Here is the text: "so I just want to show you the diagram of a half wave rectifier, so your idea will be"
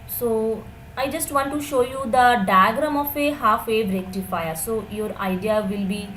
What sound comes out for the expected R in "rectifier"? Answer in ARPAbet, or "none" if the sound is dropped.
R